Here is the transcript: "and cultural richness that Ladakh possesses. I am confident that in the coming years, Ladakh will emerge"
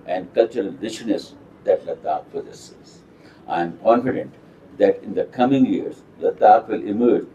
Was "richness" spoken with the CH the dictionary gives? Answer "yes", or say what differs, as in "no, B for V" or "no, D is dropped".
no, SH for CH